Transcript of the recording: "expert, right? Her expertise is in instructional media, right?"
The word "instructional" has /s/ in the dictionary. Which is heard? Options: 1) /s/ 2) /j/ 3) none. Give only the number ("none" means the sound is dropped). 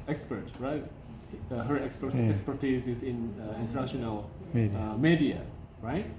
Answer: 3